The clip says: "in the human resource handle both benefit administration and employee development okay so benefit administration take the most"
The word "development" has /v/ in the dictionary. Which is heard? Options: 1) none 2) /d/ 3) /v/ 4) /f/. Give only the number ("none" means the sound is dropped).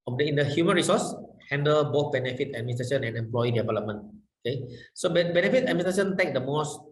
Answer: 3